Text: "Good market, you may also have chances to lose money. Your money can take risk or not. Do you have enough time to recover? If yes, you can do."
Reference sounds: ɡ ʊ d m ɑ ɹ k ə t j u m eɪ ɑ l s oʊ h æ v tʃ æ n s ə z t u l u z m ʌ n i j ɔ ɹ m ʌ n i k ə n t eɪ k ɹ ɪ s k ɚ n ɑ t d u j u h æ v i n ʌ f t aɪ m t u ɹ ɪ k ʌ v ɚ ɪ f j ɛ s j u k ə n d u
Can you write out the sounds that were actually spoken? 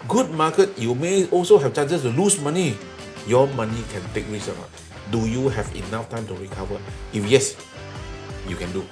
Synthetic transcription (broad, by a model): ɡ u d m ɑ k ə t j u m eɪ ɑ l s oʊ h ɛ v tʃ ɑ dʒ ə s t u l u s m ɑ n i j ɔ m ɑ n i k ə n t eɪ k ɹ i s ɚ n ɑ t d u j u h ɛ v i n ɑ f t aɪ m t u ɹ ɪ k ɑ v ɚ ɪ f j ɛ s j u k ə n d u